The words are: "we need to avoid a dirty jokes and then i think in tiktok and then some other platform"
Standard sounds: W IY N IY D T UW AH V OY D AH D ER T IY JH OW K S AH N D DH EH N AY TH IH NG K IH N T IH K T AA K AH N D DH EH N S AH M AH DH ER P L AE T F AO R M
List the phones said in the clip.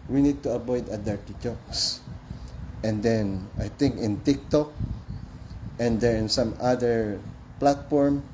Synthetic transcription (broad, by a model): W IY N IY D T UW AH B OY D AH D ER T IY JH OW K S AH N D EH N AY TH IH NG K IH N T IH K T AA K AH N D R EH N S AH M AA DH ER P L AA T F AO R M